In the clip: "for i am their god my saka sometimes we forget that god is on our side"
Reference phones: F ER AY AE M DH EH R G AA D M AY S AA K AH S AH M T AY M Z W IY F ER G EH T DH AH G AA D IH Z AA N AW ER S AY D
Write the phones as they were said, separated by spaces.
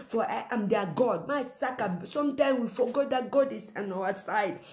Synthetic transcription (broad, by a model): F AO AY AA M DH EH G AA D M AY S AA K AH S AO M T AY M W IY F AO G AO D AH G AA D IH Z AA N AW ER S AY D